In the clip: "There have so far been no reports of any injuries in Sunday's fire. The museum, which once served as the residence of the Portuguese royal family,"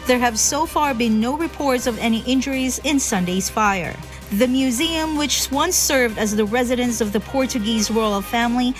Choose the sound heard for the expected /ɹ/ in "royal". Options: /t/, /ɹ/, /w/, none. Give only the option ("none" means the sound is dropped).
/w/